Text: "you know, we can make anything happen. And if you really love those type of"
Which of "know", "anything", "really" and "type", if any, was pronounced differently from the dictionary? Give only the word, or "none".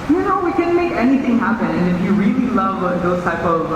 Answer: none